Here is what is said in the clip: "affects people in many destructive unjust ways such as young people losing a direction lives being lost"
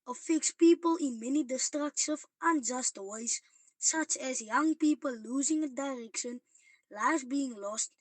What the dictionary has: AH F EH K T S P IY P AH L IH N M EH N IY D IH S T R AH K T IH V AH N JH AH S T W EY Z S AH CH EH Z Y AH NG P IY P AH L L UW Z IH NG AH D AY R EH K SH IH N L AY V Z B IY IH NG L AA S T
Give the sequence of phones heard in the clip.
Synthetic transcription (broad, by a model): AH F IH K S P IY P AH L IH N M EH N IY D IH S T R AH K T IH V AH N JH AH S T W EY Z S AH CH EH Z Y AH NG P IY P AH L L UW Z IH NG AH D AY R EH K SH IH N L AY Z B IY IH NG L AA S T